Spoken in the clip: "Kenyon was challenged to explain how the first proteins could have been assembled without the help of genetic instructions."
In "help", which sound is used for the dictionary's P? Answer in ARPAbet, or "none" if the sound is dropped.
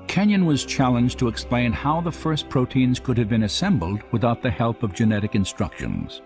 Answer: P